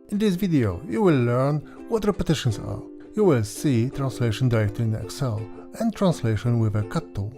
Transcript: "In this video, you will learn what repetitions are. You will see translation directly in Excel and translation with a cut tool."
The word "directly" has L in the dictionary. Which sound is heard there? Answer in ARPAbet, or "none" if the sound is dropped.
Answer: none